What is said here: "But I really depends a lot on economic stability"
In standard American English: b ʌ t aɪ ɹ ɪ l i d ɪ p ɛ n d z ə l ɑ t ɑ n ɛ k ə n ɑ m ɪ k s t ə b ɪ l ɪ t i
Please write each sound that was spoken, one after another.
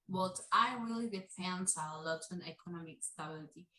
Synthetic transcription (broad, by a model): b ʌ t aɪ ɹ ɪ l i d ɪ f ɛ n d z ə l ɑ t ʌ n ɛ k ə n ɑ m ɪ k s t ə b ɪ l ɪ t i